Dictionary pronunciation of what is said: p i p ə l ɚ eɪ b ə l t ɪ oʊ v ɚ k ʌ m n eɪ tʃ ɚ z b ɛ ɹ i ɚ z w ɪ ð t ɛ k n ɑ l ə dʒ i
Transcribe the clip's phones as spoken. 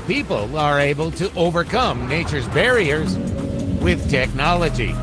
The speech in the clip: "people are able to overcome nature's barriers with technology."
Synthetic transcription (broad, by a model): p i p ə l ɚ eɪ b ə l t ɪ oʊ v ɚ k ʌ m n eɪ tʃ ɚ z b ɛ ɹ i ɚ z w ɪ ð t ɛ k n ɑ l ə dʒ i